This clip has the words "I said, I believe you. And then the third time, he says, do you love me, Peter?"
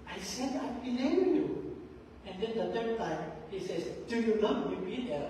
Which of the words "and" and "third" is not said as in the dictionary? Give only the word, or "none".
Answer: third